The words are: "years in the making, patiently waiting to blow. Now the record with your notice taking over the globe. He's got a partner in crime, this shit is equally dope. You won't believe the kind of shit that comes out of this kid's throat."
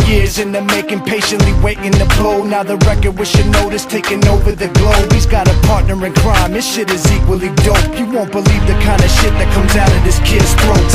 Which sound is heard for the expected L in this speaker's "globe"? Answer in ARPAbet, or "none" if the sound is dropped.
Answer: L